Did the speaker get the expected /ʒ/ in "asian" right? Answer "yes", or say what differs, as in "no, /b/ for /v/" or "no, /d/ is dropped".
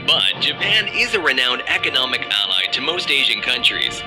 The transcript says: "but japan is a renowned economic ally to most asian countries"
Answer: yes